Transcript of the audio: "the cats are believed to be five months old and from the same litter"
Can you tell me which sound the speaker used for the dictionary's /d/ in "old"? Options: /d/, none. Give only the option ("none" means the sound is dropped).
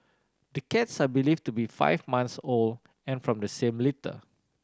none